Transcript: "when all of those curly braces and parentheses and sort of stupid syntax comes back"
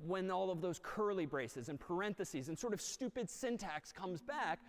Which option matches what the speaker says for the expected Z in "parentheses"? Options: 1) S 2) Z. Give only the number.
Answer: 2